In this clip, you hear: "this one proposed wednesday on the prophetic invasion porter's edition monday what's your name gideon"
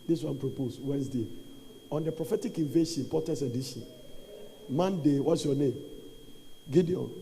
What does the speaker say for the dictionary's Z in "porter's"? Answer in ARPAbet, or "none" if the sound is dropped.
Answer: S